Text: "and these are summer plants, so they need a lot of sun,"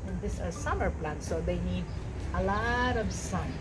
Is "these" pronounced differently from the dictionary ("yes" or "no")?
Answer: yes